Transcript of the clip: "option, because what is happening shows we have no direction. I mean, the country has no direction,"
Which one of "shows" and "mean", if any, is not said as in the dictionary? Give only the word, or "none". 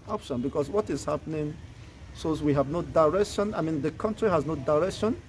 shows